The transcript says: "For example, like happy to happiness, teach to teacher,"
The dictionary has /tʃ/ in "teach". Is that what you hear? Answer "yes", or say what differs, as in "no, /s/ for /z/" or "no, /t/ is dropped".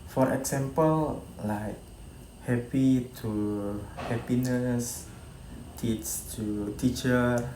no, /s/ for /tʃ/